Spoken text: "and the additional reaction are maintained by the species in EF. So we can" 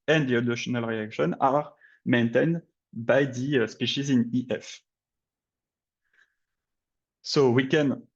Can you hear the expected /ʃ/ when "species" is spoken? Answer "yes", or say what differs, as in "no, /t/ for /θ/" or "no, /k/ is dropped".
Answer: yes